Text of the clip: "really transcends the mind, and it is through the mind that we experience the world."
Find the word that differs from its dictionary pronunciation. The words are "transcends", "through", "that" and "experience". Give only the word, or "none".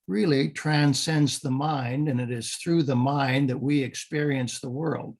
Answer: none